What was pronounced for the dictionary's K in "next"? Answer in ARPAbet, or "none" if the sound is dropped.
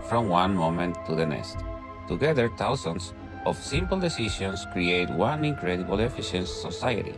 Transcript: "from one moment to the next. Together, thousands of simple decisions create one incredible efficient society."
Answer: none